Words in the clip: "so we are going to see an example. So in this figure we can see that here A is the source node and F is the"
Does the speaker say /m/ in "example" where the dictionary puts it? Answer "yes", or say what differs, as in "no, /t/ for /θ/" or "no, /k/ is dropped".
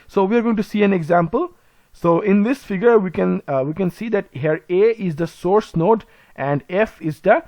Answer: yes